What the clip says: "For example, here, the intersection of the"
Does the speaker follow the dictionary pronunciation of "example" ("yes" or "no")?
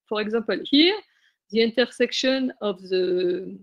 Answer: no